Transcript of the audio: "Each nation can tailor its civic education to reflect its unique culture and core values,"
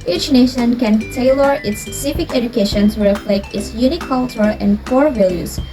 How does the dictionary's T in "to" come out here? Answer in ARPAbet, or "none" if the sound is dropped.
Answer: S